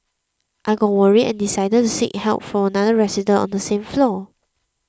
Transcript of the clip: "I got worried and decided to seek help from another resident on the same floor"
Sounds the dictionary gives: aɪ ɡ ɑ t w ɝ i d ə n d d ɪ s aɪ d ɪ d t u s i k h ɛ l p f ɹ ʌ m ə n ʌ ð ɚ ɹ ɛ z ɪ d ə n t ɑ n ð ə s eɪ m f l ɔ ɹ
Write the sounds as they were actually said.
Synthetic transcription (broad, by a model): aɪ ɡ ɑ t w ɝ i ə n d d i s aɪ d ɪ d t u s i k h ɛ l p f ɹ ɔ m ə n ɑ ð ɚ ɹ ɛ s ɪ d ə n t ɑ n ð ə s eɪ m f l ɔ